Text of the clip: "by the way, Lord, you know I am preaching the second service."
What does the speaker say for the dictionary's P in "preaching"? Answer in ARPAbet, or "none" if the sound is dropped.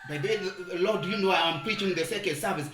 P